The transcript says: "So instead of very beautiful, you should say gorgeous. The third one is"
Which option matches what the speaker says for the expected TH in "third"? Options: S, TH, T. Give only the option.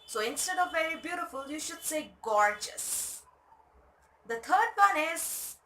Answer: T